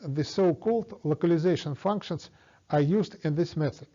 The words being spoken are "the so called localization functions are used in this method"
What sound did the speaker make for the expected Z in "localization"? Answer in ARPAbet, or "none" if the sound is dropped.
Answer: Z